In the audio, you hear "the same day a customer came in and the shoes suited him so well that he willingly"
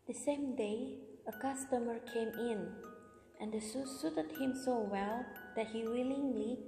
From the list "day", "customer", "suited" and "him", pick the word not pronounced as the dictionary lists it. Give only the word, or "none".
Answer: none